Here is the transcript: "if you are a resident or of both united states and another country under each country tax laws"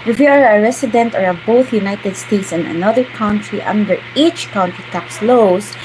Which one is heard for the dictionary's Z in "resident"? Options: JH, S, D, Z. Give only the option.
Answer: S